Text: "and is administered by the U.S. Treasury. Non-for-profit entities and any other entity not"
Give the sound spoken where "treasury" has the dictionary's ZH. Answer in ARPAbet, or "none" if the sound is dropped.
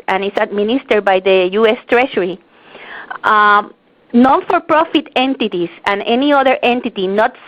SH